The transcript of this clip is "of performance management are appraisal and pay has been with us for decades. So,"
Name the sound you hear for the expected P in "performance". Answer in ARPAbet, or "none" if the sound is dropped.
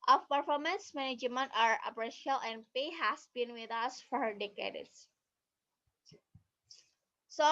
P